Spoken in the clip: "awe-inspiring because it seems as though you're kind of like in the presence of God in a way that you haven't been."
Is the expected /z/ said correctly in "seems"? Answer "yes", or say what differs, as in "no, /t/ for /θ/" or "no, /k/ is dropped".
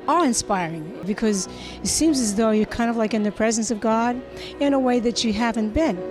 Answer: yes